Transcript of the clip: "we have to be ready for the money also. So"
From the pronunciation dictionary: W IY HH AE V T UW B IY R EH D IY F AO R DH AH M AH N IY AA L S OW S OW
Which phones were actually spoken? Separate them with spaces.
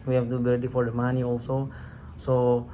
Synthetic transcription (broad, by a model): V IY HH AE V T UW B IY L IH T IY F AO R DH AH M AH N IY AA L S OW S OW